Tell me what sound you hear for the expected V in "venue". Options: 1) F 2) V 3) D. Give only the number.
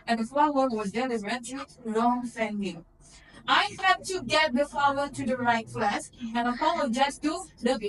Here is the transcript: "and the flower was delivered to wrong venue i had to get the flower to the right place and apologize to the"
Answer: 1